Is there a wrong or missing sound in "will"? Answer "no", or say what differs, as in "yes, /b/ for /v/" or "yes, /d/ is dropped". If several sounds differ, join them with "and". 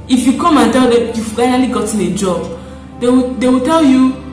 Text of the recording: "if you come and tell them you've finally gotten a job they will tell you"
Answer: yes, /w/ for /l/